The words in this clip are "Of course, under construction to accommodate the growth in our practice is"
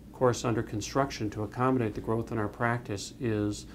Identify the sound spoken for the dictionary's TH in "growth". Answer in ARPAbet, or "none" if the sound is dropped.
TH